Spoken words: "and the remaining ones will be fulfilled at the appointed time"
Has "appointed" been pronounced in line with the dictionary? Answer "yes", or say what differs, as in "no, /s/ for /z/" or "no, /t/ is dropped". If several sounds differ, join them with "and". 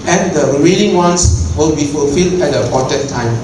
no, /n/ is dropped